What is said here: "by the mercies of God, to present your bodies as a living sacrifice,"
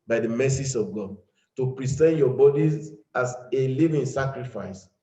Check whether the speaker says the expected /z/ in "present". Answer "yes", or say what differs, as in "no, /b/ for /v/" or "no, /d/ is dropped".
no, /s/ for /z/